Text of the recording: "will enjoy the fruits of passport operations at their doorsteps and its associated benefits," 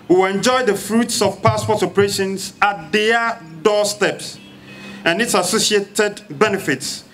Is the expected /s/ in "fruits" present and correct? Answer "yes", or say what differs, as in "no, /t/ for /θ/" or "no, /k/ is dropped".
yes